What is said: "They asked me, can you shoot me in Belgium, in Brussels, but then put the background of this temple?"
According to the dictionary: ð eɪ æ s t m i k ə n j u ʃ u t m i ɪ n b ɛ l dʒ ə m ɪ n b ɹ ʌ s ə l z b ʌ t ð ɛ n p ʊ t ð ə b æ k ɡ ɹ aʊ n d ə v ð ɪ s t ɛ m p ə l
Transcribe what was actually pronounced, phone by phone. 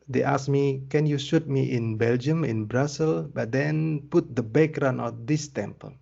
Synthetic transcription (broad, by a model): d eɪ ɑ s m i k ə n j u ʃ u t m i ɪ n b ɛ l dʒ ə m ɪ n b ɹ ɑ s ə l b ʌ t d ɛ n p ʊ t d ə b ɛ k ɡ ɹ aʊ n ə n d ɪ s t ɛ m p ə l